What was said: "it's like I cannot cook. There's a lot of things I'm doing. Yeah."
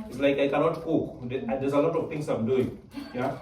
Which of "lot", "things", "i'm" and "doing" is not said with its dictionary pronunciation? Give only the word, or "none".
things